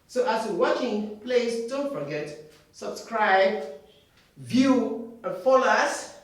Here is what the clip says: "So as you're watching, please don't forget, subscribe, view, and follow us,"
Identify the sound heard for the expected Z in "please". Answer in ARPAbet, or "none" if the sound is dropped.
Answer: S